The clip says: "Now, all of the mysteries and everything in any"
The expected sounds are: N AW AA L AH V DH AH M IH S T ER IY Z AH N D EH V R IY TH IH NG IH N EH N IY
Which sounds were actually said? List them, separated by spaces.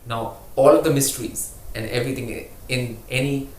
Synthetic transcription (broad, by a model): N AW AA L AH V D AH M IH S T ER IY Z AH N D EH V R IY T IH NG IH N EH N IY